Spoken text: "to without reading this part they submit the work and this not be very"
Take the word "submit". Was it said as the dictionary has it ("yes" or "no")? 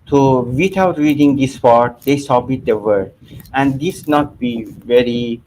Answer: no